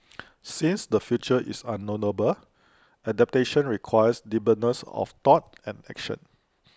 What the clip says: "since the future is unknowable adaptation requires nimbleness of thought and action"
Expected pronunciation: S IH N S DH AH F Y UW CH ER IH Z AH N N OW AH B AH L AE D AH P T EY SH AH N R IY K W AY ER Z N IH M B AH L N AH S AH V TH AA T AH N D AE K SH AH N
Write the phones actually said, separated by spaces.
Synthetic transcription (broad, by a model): S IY N S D AH F Y UW CH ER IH S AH N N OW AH B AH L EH D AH P T EY SH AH N R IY K W AY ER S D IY B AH N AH S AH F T AA T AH N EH K SH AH N